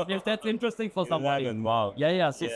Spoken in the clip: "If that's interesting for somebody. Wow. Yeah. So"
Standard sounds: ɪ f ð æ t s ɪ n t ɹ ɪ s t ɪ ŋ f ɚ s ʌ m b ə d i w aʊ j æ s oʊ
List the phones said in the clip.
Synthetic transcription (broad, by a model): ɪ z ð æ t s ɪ n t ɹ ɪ s t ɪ ŋ f ɚ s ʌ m ə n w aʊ j æ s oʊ